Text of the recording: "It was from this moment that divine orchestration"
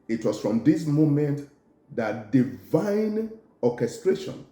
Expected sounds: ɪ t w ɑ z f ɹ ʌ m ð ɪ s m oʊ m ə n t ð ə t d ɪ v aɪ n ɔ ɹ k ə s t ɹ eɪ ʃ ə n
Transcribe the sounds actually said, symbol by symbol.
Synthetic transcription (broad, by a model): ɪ t w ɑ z f ɹ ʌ m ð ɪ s m oʊ m ə n t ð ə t d ɪ v aɪ n ɔ k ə s t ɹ eɪ ʃ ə n